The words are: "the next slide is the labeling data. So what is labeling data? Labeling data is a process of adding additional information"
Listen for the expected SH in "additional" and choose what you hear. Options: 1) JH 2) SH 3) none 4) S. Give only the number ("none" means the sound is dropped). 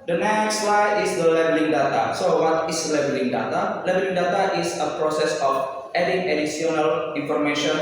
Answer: 4